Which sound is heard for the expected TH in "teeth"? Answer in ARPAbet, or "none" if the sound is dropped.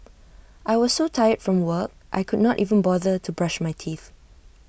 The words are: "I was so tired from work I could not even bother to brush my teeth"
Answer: TH